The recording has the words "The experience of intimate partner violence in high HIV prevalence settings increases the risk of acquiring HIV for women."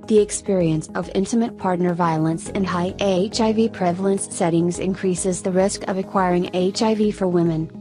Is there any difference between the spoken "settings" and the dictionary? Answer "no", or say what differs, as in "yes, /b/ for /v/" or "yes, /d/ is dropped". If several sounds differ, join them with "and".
no